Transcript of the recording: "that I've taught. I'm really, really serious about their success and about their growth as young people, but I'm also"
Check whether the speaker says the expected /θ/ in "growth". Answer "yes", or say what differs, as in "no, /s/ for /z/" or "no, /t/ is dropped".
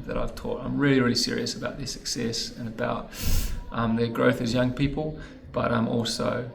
yes